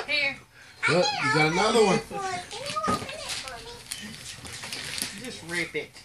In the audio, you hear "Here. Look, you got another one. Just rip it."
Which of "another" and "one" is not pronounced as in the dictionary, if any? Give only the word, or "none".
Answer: none